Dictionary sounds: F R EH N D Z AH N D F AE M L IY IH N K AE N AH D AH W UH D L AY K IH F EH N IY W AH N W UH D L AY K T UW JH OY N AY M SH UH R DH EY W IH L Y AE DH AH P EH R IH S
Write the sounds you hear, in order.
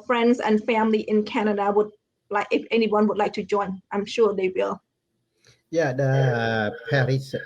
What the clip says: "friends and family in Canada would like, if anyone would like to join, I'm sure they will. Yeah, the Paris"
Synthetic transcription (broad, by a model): F R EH N D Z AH N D F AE M L IY IH N K AE N AH D AH W UH D L AY K IH F EH N IY W AH N W UH D L AY K T UW JH OY N AY M SH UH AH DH EY W IH L Y AE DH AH P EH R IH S